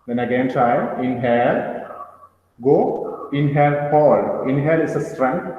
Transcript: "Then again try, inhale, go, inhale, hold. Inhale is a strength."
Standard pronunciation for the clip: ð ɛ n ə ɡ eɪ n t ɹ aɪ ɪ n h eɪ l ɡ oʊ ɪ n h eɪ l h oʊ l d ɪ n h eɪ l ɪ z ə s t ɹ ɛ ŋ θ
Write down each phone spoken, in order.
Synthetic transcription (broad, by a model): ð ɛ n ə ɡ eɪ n t ɹ aɪ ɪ n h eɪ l ɡ oʊ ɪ n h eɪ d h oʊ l ɪ n h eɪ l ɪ s ə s t ɹ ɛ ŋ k